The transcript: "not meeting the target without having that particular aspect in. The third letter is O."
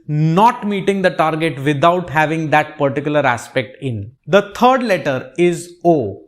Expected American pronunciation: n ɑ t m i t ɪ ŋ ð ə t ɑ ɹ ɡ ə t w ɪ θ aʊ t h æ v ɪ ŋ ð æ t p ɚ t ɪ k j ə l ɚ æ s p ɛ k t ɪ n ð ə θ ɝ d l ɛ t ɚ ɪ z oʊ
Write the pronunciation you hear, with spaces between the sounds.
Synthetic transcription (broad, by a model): n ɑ t m i t ɪ ŋ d ə t ɑ ɹ ɡ ə t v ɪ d aʊ t h æ v ɪ ŋ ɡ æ t p ɚ t ɪ k j ə l ɚ æ s p ɛ k t ɪ n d ə t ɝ d l ɛ t ɚ ɪ z oʊ